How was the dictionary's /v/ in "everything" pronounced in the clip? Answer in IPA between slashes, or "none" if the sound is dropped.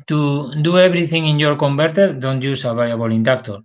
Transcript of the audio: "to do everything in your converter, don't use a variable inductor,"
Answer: /b/